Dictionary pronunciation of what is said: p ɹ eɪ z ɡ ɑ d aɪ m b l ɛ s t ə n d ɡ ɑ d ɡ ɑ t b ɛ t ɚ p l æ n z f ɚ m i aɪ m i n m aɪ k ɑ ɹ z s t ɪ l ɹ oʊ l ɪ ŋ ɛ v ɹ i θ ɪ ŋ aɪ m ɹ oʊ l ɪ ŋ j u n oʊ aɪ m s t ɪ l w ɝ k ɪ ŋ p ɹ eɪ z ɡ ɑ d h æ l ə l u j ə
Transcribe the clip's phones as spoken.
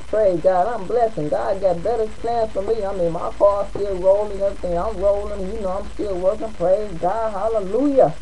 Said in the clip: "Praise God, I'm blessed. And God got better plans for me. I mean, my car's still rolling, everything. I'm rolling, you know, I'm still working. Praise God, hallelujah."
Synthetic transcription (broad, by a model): p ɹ eɪ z ɡ ɑ d aɪ m b l ɛ s ə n ɡ ɑ d ɡ ɑ t b ɛ t ɚ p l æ n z f ɚ m i aɪ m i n m aɪ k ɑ s t ɪ l ɹ oʊ l ɪ ŋ ɛ v ɹ i θ ɪ ŋ aɪ m ɹ oʊ l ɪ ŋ j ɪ n oʊ aɪ m s t ɪ l w ɝ k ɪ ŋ p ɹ eɪ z ɡ ɑ d h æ l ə l u j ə